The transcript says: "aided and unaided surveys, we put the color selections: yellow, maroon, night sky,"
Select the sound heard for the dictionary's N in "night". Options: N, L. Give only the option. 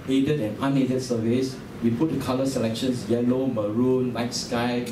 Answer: L